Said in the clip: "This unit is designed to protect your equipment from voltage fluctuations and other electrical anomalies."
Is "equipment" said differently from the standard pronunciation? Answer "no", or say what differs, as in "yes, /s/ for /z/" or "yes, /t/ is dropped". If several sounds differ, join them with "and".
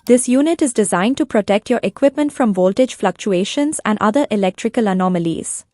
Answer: no